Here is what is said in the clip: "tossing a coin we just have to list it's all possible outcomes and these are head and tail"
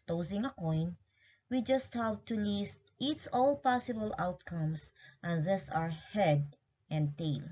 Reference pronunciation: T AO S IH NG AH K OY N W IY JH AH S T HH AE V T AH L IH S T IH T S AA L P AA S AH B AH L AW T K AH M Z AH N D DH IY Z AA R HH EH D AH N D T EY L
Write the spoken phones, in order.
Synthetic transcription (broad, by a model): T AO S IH NG AH K OY N W IY JH AH S T HH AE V T AH L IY S T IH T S AA L P AA S AH B AH L AW T K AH M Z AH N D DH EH S AA R HH EH D AH N D T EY L